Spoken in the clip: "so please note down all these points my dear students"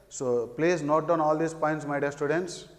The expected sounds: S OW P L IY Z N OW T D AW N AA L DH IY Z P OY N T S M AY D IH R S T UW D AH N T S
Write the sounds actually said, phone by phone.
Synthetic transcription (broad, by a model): S OW P L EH S N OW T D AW N AA L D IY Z P OY N T S M AY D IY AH S T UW D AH N T S